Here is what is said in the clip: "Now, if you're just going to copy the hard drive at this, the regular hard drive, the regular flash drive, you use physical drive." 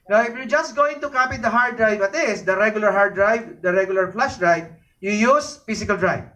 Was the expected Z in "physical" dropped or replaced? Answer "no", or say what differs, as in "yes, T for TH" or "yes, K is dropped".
yes, S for Z